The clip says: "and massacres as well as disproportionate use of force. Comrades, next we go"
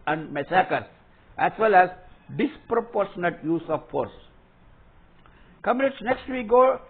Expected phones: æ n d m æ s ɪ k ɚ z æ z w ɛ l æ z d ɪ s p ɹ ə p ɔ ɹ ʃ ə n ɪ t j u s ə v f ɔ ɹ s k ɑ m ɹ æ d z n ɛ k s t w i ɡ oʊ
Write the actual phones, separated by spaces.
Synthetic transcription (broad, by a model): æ n d m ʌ s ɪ k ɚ s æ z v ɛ l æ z d ɪ s p ɹ ə p ɔ ɹ ʃ ə n ɪ t j u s ə v f ɔ ɹ s k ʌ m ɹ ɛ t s n ɛ k s t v i ɡ oʊ